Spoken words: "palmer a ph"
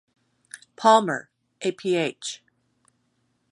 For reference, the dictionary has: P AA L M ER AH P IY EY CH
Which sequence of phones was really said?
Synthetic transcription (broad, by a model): P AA L M ER AH P IY EY CH